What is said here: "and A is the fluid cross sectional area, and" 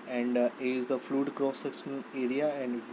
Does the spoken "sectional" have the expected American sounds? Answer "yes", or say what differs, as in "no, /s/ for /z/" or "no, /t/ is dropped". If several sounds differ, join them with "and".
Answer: no, /s/ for /ʃ/